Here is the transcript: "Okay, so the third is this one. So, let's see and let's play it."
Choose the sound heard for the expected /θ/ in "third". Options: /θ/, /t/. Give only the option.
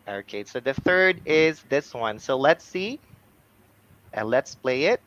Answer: /θ/